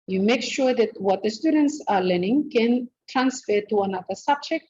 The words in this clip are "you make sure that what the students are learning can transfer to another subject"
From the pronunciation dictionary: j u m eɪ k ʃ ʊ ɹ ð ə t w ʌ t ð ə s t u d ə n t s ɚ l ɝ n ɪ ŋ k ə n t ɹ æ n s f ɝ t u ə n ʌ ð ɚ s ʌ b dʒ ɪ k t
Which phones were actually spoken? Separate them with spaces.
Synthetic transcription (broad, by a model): j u m eɪ k ʃ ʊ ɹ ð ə t w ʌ t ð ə s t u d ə n t s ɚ l ɝ n ɪ ŋ k ə n t ɹ æ n s f ɝ t u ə n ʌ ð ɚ s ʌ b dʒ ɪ k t